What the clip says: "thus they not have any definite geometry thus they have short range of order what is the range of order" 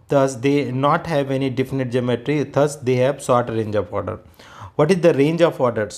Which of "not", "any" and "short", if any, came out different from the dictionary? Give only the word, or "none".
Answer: short